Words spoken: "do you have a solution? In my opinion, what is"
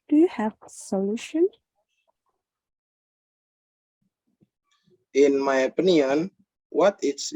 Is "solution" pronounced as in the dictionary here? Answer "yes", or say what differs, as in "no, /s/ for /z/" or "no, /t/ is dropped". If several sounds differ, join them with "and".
yes